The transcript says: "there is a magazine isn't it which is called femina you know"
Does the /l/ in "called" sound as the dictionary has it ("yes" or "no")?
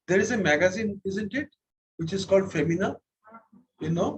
yes